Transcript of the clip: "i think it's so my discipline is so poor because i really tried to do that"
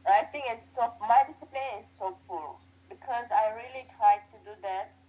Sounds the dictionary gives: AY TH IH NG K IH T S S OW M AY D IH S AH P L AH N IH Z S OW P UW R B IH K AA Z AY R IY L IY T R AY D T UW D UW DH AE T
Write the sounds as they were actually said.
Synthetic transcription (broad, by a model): AY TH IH NG K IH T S S OW M AY D IH S AH P L AH N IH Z S OW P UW L B IH K AA Z AY R IY L IY T R AY D T UW D UW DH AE T